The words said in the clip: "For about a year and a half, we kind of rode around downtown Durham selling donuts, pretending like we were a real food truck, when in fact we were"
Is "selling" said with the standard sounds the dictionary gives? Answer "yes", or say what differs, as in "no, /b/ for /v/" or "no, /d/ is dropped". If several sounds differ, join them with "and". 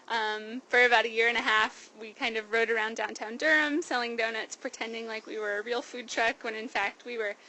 yes